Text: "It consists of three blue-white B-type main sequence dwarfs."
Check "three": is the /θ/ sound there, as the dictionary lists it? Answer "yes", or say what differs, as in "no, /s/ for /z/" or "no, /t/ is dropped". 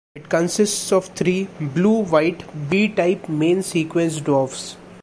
no, /t/ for /θ/